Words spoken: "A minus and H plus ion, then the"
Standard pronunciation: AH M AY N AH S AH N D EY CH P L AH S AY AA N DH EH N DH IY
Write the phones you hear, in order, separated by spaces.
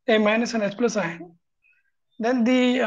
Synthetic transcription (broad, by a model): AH M AY N AH S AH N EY S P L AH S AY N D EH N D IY